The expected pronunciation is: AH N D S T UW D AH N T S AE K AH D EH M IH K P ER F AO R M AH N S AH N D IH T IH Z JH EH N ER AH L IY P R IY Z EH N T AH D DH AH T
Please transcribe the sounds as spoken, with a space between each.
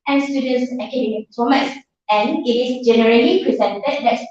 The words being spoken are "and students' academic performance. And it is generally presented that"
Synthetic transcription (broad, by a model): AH N S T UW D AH N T S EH K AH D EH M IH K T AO M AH S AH N IH T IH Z JH EH N ER AH L IY P R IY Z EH N T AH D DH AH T